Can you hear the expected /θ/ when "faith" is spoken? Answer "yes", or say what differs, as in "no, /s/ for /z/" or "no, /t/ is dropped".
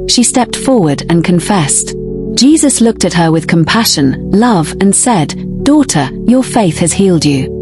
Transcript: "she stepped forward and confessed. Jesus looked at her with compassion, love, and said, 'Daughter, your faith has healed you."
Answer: yes